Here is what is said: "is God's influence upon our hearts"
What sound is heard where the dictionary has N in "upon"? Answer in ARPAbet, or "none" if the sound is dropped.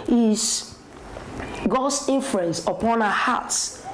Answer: N